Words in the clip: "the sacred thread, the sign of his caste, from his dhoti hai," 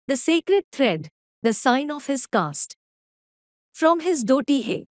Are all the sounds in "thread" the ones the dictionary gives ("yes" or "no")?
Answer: no